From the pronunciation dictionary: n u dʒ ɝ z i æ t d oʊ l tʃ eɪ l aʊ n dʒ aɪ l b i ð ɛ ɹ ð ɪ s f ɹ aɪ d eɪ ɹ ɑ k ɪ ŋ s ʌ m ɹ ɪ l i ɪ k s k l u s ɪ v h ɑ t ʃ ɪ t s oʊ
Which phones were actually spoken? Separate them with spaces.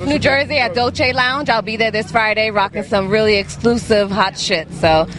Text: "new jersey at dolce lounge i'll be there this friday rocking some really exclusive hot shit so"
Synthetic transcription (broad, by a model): n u dʒ ɝ z i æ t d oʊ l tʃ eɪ l aʊ n dʒ aɪ l b i ð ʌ ɹ ð ɪ s f ɹ aɪ d eɪ ɹ ɑ k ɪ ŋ s ʌ m ɹ ɪ l i ɪ k s k l u s ɪ v h ɑ t ʃ ɪ t s oʊ